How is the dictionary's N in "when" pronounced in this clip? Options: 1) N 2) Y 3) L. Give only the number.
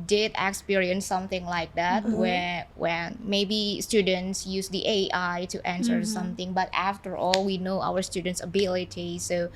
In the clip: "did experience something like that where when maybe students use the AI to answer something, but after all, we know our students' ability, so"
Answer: 3